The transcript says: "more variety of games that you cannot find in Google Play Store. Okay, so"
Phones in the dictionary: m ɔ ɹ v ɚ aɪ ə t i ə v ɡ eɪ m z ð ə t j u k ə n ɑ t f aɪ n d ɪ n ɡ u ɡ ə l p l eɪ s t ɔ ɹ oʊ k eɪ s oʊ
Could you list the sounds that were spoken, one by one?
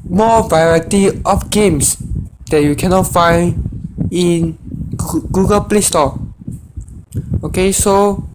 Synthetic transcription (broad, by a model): m ɔ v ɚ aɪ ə t i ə f ɡ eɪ m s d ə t j u k ə n ɑ t f aɪ n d ɪ n ɡ u ɡ ə l p l eɪ s t ɔ oʊ k eɪ s oʊ